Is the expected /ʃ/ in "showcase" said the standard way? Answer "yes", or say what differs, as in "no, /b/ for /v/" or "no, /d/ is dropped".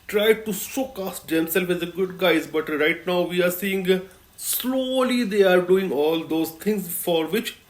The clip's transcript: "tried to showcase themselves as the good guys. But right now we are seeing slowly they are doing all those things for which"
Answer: no, /s/ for /ʃ/